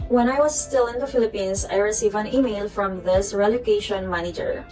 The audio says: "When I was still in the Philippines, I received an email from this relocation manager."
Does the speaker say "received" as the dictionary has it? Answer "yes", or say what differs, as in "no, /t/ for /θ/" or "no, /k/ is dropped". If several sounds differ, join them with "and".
no, /d/ is dropped